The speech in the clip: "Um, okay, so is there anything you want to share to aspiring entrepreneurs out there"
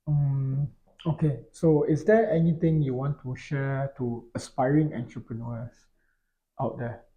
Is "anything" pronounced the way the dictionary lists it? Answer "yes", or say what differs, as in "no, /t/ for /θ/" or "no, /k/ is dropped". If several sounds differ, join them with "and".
no, /t/ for /θ/